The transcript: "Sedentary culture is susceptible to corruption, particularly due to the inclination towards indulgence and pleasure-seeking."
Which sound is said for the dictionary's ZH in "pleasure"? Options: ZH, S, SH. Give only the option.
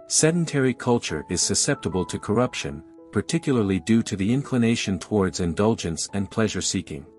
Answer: ZH